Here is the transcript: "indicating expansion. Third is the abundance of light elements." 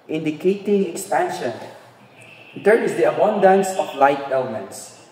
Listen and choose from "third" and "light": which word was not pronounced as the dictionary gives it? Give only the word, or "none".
third